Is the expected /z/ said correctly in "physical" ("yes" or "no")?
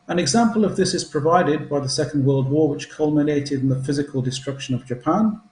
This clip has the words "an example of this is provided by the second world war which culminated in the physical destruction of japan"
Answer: yes